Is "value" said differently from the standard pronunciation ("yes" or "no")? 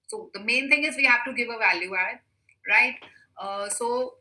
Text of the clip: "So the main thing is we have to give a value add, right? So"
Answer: no